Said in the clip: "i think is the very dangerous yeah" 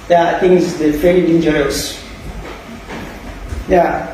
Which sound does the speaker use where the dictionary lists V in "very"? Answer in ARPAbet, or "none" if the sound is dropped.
F